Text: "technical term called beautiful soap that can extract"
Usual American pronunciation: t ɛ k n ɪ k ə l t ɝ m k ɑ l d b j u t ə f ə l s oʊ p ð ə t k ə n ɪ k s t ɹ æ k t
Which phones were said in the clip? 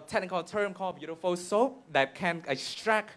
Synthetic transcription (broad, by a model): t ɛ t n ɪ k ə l t ɝ m k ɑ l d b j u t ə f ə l s oʊ p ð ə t k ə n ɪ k s t ɹ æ k